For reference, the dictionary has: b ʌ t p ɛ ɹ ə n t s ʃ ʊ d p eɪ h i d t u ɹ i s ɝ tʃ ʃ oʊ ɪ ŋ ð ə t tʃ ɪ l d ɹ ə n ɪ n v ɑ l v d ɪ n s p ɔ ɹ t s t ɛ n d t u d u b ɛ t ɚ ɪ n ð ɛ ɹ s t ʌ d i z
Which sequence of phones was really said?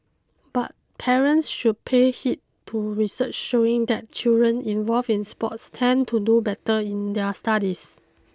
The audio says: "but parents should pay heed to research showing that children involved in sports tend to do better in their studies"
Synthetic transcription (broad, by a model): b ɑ t p ɛ ɹ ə n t s ʃ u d p eɪ h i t t u ɹ i s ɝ tʃ ʃ oʊ ɪ ŋ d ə t tʃ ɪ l d ɹ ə n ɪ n v ɑ l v ɪ n s p ɔ t s t ɛ n t u d u b ɛ t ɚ ɪ n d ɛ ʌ s t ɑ d i s